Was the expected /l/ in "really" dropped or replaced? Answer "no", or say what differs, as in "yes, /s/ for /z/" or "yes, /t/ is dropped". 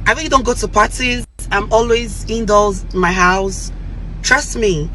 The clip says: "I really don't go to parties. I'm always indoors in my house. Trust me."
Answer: yes, /l/ is dropped